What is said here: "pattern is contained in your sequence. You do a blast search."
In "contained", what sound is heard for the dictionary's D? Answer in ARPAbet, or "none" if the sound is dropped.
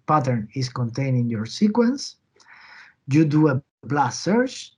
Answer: none